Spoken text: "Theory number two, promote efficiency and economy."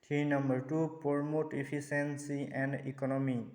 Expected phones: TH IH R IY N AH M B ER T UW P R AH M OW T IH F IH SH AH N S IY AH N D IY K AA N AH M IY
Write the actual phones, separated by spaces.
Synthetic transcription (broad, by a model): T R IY N AH M B ER T UW P R M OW T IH P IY S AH N S IY AH N D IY K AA N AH M IY